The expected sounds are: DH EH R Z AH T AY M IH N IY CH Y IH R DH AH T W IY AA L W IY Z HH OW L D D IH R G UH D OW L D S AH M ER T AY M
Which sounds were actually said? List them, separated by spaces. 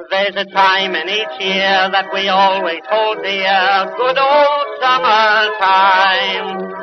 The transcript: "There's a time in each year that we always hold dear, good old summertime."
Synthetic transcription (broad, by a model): DH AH R Z AH T AY M IH N IY CH Y IH R DH AH T W IY AA L W IY Z HH OW L D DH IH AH G UH D OW L D S AH M ER T AY M